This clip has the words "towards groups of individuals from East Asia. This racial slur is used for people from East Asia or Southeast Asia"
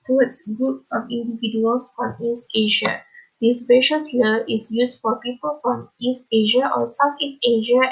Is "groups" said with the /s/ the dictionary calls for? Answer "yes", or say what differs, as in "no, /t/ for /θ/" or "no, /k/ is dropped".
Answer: yes